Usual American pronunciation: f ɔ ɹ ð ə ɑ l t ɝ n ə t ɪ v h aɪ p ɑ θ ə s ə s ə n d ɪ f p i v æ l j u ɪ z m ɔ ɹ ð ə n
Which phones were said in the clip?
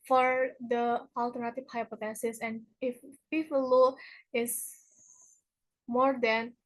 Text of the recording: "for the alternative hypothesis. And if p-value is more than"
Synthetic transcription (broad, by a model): f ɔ ɹ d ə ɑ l t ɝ n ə t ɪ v h aɪ p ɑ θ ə s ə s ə n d ɪ f p i p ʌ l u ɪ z m ɔ ɹ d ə n